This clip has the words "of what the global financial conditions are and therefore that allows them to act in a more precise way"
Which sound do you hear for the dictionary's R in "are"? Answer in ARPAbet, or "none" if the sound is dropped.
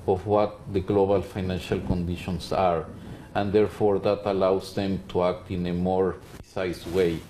R